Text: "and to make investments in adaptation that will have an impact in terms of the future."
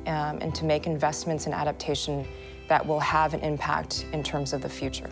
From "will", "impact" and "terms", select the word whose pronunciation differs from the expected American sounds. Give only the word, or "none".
none